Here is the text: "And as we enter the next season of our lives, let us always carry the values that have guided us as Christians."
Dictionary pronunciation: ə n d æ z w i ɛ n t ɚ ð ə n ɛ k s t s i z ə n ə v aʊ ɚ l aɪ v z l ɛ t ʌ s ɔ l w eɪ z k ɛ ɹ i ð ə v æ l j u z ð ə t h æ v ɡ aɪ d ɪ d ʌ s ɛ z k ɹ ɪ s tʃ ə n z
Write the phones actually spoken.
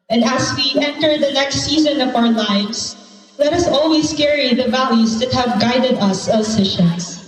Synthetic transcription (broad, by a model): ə n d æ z w i ɛ n t ɚ ð ə n ɛ k s t s i z ə n ə v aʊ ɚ l aɪ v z l ɛ t ʌ s ɔ l w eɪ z k ɛ ɹ i ð ə v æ l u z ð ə t h æ v ɡ aɪ d ɪ d ʌ s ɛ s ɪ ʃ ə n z